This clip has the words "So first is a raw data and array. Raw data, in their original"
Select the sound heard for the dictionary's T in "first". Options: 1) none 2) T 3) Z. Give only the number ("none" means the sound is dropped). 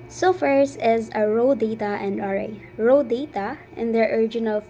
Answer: 1